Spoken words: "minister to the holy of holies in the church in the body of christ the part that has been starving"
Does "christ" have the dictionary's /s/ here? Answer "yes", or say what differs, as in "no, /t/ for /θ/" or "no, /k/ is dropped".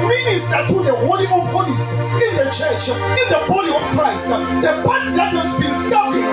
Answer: yes